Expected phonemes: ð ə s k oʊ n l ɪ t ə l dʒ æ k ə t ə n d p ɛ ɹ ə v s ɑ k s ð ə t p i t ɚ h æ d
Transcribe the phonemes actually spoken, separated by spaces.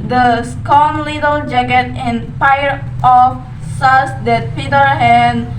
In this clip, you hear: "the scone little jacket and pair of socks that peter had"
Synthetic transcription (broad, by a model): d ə s k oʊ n l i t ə l dʒ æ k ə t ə n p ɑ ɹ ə f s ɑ s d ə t p i t ɚ h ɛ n